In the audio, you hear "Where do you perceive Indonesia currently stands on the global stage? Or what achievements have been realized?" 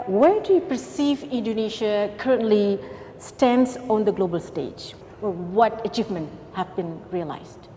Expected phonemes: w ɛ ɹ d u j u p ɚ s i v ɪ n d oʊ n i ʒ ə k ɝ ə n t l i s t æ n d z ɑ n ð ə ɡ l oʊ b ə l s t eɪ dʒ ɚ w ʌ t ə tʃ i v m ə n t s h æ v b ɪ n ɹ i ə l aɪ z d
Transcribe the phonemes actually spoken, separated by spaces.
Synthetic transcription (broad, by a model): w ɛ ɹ d u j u p ɚ s i v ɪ n d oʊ n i ʃ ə k ɝ ə n t l i s t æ n d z ɑ n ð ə ɡ l oʊ b ə l s t eɪ dʒ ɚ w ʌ t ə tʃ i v m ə n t h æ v b ɪ n ɹ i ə l aɪ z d